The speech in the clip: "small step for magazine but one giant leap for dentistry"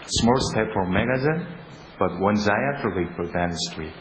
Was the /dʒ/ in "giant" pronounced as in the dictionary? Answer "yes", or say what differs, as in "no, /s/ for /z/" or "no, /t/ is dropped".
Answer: no, /z/ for /dʒ/